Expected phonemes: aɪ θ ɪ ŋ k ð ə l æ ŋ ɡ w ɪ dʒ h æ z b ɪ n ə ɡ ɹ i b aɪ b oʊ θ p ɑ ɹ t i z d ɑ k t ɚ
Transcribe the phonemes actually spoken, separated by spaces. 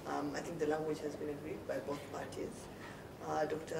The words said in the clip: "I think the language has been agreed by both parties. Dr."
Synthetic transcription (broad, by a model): aɪ t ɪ ŋ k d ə l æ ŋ ɡ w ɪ dʒ h æ z b ɪ n ə ɡ ɹ i b aɪ b oʊ t p ɑ ɹ t i z d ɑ k t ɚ